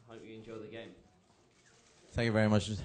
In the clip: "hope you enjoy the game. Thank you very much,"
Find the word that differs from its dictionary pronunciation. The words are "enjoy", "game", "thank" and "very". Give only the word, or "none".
none